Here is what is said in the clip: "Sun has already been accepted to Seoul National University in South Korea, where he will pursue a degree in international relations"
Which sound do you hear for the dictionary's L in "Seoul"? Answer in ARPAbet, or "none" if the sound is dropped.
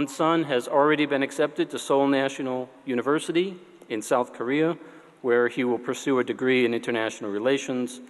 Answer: L